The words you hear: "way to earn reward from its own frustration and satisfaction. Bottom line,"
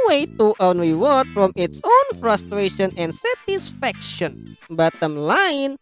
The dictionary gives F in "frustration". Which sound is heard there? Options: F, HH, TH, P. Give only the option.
F